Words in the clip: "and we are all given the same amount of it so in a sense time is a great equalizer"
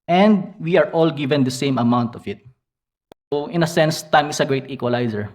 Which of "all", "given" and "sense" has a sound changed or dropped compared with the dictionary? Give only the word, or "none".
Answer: none